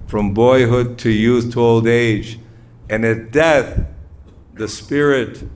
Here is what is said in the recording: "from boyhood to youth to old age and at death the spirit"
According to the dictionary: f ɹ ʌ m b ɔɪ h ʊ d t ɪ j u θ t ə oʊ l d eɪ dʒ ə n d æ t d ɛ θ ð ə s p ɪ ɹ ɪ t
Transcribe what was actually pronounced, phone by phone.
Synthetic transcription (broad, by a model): f ɹ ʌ m b ɔɪ h ʊ d t ɪ j u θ t ə oʊ l d eɪ dʒ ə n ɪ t d ɛ θ ð ə s p ɪ ɹ ɪ t